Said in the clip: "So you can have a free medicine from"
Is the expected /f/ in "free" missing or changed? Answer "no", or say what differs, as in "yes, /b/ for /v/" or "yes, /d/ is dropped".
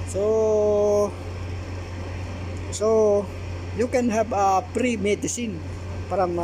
yes, /p/ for /f/